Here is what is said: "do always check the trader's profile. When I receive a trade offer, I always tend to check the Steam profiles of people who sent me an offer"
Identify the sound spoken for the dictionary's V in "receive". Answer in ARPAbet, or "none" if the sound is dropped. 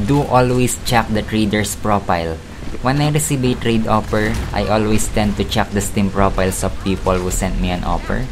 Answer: B